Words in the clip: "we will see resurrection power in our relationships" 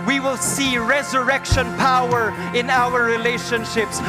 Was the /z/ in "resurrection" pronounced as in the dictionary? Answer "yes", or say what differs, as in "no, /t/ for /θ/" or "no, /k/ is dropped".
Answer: yes